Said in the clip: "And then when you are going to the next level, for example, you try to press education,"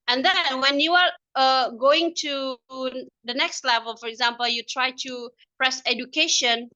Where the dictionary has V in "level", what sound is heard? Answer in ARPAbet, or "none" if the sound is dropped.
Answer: V